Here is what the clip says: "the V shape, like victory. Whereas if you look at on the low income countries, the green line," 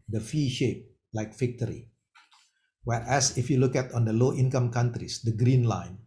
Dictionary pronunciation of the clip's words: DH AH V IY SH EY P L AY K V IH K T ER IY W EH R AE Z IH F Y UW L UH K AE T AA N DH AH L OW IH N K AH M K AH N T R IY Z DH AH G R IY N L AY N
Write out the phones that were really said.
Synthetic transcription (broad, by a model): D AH F IY SH EY P L AY K F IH K T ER IY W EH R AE S IH F Y UW L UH K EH T AA N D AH L OW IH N K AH M K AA N T R IY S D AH G R IY N L AY N